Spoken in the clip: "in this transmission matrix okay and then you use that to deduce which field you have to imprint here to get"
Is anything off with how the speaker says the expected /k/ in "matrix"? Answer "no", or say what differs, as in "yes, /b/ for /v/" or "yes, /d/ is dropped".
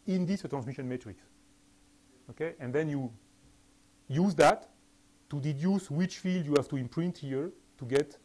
no